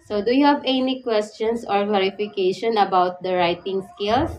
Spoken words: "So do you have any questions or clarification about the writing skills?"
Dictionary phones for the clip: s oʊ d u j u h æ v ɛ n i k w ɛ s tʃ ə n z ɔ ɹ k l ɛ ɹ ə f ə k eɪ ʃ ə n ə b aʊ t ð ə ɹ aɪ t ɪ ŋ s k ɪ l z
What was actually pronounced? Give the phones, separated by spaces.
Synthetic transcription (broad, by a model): s oʊ d u j u h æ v ɛ n i k w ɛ s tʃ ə n s ɔ ɹ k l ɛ ɹ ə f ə k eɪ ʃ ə n ə b aʊ t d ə ɹ aɪ t ɪ ŋ s k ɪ l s